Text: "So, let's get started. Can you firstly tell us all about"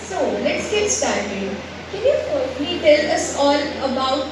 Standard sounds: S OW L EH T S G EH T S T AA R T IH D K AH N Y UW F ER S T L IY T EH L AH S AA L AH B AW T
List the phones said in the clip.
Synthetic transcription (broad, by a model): S OW L EH T S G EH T S T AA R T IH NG K AH N Y UW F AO T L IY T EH L AH S AA L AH B AW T